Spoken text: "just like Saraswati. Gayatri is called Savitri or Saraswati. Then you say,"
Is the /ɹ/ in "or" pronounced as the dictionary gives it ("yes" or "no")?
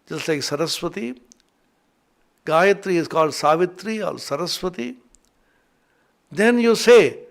no